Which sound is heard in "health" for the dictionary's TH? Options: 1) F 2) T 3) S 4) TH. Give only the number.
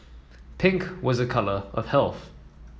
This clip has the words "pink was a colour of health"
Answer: 4